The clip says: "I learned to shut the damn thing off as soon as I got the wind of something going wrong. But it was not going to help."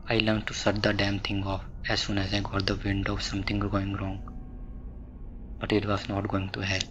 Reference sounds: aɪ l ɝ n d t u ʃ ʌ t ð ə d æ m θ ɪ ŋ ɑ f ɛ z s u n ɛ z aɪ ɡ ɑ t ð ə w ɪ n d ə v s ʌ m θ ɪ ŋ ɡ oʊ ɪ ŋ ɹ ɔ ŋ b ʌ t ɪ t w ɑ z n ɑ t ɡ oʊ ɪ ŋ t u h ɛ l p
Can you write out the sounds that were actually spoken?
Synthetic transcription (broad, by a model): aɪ l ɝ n t u s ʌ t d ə d æ m t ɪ ŋ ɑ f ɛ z s u n ɛ z aɪ ɡ ɑ t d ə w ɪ n d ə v s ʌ m t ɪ ŋ ɡ oʊ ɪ ŋ ɹ ɔ ŋ b ʌ t ɪ t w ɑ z n ɑ t ɡ oʊ ɪ ŋ t u h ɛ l